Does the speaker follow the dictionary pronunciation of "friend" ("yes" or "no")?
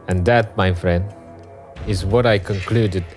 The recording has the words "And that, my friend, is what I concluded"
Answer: yes